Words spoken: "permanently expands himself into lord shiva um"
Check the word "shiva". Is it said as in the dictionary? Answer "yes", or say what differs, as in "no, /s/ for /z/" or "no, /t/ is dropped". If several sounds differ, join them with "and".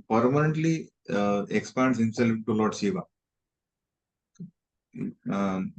no, /s/ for /ʃ/